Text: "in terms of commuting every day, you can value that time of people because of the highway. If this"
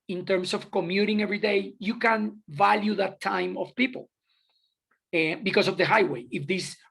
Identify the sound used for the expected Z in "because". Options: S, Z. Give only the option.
S